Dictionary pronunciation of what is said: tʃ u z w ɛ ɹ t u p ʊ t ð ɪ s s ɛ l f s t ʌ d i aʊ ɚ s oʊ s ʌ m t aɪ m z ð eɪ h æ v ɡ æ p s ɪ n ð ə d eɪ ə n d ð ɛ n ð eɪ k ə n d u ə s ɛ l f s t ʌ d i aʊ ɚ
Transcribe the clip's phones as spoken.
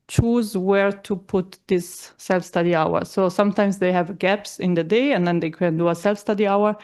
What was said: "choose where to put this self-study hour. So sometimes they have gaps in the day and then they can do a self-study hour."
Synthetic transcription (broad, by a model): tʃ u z w ɛ ɹ t u p ʊ t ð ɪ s s ɛ l f s t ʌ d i aʊ ɚ s oʊ s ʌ m t aɪ m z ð eɪ h æ v ɡ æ p s ɪ n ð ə d eɪ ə n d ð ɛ n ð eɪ k ə n d u ə s ɛ l f s t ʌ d i aʊ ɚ